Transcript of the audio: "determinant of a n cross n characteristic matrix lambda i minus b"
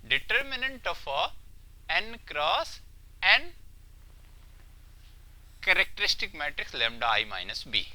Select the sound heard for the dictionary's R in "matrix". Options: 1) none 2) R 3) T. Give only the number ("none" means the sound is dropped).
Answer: 2